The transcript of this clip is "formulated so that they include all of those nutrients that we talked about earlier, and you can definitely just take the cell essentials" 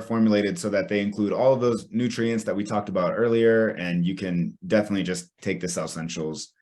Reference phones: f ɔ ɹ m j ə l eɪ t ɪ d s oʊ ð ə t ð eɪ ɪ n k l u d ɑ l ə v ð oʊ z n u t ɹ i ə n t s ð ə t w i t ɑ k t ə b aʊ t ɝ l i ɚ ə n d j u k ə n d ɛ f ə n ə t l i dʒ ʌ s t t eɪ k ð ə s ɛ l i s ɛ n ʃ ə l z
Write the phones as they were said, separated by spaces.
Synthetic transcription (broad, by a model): f ɔ ɹ m j l eɪ t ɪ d s oʊ ð ə t ð eɪ ɪ n k l u d ɑ l ə v ð oʊ z n u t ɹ i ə n t s ð ə t w i t ɑ k t ə b aʊ t ɝ l i ɚ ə n j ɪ k ə n d ɛ f ə n ə t l i dʒ ʌ s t t eɪ k ð ə s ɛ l s ɛ n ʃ l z